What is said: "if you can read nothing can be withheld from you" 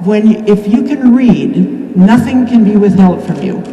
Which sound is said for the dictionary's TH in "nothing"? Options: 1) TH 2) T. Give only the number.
1